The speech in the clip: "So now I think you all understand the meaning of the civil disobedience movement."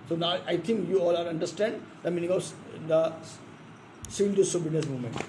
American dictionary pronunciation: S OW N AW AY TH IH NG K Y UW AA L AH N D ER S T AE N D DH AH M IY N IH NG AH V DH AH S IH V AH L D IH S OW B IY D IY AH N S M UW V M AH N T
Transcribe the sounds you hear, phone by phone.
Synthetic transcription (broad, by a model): S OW N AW AY T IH NG K Y UW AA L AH N D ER S T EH N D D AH M IY N IH NG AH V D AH S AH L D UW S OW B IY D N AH S M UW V M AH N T